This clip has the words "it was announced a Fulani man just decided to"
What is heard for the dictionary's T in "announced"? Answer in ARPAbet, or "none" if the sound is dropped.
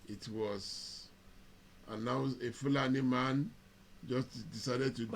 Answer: none